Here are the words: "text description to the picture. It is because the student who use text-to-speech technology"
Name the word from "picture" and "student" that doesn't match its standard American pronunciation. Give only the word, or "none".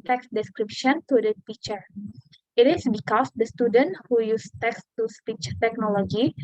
picture